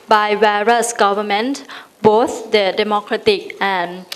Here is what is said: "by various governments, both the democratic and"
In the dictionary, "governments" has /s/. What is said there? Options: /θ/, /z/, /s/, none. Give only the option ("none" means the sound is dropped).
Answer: none